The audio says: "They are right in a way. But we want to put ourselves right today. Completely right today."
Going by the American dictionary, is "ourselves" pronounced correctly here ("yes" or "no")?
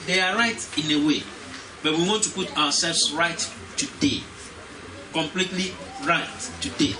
no